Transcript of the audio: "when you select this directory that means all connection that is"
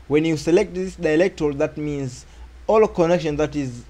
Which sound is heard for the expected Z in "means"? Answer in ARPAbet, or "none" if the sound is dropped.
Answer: Z